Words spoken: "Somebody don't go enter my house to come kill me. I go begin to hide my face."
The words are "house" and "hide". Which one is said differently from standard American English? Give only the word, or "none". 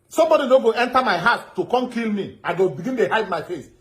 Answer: house